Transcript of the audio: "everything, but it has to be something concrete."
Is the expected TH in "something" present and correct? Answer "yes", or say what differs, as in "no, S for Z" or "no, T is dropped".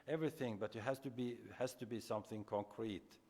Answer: yes